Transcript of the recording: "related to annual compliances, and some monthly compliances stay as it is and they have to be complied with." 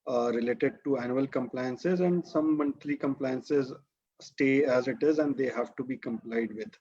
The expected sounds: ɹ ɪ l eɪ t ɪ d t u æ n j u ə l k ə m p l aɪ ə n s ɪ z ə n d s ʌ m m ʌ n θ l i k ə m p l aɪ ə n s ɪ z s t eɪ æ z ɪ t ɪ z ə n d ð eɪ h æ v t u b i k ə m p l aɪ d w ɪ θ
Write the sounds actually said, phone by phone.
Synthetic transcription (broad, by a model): ɹ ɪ l eɪ t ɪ d t u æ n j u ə l k ə m p l aɪ ə n s ɪ z ə n d s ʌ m m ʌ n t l i k ə m p l aɪ ə n s ɪ z s t eɪ æ z ɪ t ɪ z ə n d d eɪ h æ v t u b i k ə m p l aɪ d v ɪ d